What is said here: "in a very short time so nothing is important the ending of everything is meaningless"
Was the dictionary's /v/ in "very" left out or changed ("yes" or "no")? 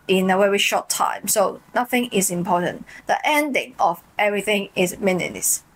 yes